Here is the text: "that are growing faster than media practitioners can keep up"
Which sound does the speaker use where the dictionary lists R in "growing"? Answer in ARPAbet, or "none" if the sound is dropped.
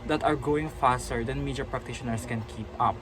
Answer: none